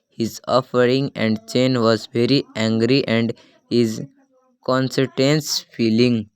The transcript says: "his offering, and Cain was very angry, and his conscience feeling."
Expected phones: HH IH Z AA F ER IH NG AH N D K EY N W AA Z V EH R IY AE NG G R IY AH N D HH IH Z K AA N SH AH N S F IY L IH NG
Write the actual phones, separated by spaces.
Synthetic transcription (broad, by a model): HH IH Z AA F ER IH NG AH N D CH EY N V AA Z V EH R IY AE NG G R IY AH N D HH IH Z K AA N S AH N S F IY L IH NG